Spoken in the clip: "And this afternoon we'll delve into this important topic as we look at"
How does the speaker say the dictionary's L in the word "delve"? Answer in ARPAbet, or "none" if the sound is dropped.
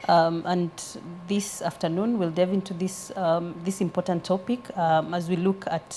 none